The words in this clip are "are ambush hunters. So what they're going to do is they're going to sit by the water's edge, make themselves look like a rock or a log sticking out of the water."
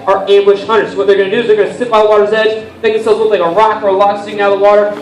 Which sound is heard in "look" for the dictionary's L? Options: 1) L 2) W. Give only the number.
2